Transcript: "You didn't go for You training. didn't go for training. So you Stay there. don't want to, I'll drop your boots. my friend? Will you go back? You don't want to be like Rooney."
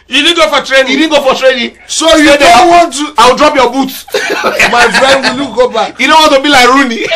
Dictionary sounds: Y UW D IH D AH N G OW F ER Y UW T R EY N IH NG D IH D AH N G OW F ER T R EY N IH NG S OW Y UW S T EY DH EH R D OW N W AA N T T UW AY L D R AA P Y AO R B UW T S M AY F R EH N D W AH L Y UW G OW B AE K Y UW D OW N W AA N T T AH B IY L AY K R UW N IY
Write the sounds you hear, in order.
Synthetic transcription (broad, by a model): Y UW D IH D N G OW F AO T R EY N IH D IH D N G OW F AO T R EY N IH S OW Y UW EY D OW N W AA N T T UW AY W D R AA P Y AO B UW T M AY F R EH N D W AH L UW G OW B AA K Y UW D OW N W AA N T T AH B IY L AY K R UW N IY